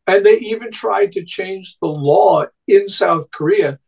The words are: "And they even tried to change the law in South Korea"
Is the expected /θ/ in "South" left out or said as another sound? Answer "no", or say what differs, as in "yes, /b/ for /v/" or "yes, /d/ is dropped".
no